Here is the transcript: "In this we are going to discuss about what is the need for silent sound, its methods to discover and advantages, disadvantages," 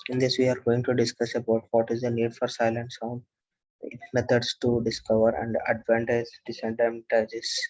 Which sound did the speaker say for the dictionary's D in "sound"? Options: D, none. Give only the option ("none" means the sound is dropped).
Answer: none